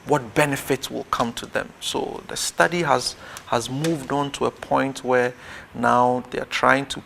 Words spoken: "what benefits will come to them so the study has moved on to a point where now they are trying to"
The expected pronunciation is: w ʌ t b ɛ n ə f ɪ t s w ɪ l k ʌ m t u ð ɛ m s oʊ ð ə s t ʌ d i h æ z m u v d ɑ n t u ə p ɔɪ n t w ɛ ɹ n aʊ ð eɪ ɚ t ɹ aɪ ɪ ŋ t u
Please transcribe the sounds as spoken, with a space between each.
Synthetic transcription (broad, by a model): w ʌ t b ɛ n ə f ɪ t s w ɪ l k ʌ m t u ð ɛ m s oʊ ð ə s t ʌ d i h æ z m u v d ɑ n t u ə p ɔɪ n t w ɛ ɹ n aʊ ð eɪ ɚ t ɹ aɪ ɪ ŋ t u